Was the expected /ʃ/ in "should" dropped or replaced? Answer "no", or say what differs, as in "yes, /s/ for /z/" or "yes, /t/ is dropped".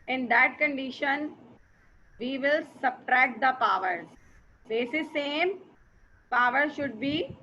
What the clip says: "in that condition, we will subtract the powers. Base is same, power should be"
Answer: no